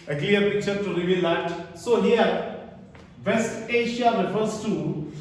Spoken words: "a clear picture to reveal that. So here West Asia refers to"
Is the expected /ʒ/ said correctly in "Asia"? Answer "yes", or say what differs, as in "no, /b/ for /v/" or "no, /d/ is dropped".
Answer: no, /ʃ/ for /ʒ/